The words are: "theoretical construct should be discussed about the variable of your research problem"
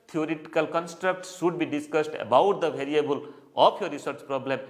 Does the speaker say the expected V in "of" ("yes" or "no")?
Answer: no